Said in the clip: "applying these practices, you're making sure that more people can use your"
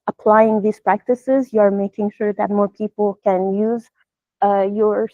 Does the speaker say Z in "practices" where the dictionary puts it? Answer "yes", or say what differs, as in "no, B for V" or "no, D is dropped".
yes